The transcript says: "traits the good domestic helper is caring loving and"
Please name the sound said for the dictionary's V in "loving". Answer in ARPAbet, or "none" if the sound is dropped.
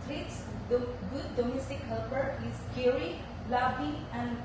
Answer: B